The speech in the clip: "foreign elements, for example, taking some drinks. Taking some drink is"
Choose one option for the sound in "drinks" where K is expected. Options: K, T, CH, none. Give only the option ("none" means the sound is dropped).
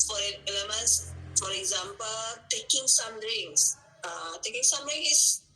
none